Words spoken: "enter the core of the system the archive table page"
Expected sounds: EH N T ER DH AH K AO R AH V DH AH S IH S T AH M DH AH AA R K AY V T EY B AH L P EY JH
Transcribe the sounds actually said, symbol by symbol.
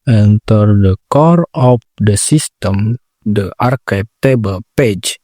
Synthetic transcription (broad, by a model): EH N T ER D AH K AO R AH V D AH S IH S T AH M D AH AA R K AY P T EY B AH L P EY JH